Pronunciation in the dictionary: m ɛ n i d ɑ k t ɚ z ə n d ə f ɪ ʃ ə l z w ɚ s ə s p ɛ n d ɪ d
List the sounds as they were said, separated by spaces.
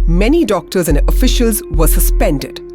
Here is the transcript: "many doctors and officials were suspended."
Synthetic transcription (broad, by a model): m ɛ n i d ɑ k t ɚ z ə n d ə f ɪ ʃ ə l z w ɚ s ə s p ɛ n d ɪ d